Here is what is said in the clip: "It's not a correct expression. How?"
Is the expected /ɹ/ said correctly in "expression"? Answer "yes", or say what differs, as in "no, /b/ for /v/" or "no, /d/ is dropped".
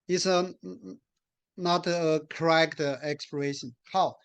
no, /l/ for /ɹ/